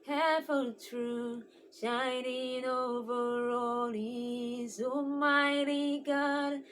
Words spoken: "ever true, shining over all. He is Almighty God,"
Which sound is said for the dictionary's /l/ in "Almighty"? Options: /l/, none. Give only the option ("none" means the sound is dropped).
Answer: none